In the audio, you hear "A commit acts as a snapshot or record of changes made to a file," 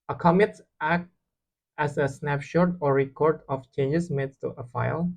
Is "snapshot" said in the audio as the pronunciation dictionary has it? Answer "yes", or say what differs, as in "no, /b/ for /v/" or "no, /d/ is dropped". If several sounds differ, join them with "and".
yes